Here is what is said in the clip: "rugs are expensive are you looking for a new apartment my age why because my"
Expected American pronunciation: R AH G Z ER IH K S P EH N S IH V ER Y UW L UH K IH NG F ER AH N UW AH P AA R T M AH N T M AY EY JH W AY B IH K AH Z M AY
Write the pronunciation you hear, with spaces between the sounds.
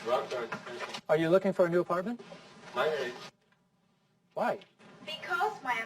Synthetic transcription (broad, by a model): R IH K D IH ER Y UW L UH K IH NG F ER AH N UW AH P AA R T M AH N T M AY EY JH W AY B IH K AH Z M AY